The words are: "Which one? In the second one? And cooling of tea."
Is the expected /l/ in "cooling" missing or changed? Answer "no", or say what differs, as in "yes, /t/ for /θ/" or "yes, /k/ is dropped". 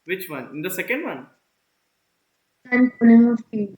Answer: yes, /n/ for /l/